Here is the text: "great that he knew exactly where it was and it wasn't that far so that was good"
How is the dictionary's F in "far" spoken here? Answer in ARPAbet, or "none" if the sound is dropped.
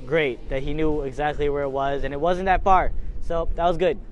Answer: P